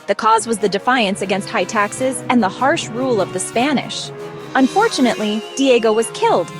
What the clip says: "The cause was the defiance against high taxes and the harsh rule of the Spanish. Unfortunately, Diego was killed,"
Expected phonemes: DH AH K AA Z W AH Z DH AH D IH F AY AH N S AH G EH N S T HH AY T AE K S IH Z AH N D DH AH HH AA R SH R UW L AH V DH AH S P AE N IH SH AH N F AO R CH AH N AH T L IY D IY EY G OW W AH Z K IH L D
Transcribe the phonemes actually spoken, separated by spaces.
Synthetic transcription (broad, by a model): DH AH K AA Z W AH Z DH AH D IH F AY AH N S AH G EH N S T HH AY T AE K S IH Z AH N DH AH HH AA R SH R UW L AH V DH AH S P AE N IH SH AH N F AO R CH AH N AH T L IY D IY EY G OW W AH Z K IH L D